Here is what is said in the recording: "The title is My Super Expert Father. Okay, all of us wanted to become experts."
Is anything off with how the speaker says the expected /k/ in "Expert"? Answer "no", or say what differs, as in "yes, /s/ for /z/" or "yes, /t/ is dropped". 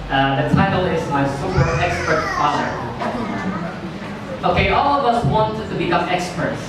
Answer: no